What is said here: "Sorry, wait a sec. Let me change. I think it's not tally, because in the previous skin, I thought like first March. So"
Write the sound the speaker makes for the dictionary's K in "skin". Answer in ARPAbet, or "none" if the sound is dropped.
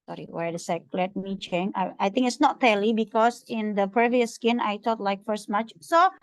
K